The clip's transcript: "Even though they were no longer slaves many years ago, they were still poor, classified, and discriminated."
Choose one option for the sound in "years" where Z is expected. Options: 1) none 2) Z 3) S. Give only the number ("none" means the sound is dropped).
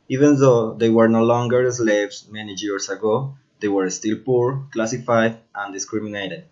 3